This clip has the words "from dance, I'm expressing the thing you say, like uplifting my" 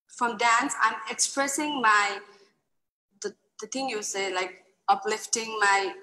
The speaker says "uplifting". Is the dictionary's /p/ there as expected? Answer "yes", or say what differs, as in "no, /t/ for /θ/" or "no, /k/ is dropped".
yes